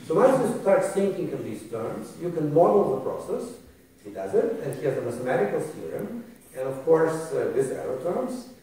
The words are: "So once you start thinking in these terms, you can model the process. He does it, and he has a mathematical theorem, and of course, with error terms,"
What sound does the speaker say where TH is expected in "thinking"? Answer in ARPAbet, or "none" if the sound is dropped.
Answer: S